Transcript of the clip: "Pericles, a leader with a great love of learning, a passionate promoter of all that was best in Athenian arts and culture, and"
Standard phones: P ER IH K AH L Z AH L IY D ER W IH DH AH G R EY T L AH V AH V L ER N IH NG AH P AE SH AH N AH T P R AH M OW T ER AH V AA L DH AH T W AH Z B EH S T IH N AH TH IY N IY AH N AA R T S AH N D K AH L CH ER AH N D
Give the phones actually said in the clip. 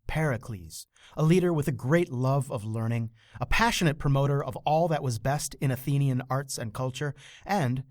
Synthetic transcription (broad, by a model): P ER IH K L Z AH L IY D ER W IH DH AH G R EY T L AH V AH V L ER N IH NG AH P AE SH AH N AH T P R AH M OW T ER AH V AA L DH AH T W AH Z B EH S T IH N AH TH IY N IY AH N AA R T S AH N K AH L CH ER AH N D